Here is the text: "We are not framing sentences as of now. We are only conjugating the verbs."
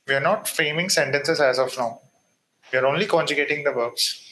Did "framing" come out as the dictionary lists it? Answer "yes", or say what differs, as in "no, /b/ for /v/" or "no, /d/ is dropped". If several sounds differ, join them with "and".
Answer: no, /ɹ/ is dropped